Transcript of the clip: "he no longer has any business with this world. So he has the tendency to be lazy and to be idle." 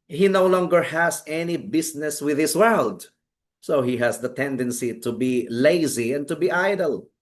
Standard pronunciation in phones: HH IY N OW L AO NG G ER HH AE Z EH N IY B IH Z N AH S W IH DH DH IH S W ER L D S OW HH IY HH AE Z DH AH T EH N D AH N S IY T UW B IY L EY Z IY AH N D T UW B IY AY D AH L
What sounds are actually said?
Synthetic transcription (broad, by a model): HH IY N OW L AO NG G ER HH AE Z EH N IY B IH S N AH S W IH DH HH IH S W ER L D S OW HH IY HH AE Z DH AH T EH N D AH N S IY T UW B IY L EY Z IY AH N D T UW B IY AY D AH L